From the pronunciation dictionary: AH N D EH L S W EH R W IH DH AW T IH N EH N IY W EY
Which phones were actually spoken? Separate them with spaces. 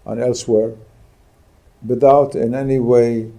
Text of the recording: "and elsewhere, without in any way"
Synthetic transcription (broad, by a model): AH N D EH L S W EH R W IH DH AW T IH N EH N IY W EY